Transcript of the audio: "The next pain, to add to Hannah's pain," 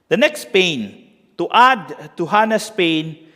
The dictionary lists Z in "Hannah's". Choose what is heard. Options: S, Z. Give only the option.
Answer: S